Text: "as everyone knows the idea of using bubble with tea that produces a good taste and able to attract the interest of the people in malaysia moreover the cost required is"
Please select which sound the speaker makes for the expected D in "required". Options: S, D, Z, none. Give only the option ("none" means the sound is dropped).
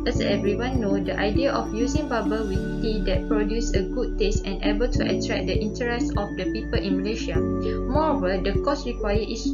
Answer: none